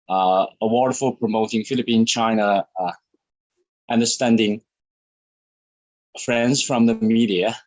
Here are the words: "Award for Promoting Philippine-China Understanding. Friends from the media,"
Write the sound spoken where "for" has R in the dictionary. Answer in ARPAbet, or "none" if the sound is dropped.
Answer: L